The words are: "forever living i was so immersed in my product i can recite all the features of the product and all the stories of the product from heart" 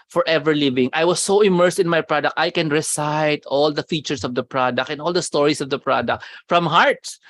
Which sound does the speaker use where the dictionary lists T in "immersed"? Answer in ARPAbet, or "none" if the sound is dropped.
T